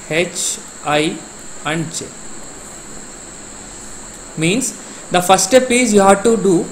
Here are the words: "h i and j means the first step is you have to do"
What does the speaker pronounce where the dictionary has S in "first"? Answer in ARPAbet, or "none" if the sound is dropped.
none